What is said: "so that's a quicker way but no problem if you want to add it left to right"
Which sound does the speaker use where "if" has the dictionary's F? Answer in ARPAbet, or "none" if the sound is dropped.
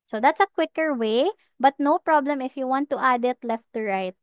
F